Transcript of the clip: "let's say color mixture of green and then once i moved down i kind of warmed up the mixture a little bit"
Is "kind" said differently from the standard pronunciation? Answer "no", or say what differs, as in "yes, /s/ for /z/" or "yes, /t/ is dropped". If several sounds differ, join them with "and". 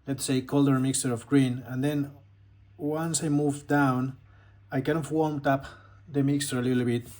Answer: yes, /d/ is dropped